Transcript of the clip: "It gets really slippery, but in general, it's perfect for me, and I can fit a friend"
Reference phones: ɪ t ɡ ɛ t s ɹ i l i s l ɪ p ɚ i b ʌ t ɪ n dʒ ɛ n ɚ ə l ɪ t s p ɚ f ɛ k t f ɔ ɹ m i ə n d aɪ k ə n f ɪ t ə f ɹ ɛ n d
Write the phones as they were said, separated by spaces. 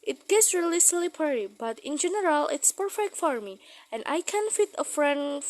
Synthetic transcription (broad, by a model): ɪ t ɡ ɛ t s ɹ i l i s l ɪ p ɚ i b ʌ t ɪ n dʒ ɛ n ɚ ə l ɪ t s p ɚ f ɛ k t f ɔ ɹ m i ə n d aɪ k ə n f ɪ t ə f ɹ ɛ n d